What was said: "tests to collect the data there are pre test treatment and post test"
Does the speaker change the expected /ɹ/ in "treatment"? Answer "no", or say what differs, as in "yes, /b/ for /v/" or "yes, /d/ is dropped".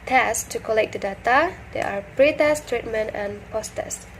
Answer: no